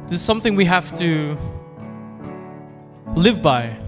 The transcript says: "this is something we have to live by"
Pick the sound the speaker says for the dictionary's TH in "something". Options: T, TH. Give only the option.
TH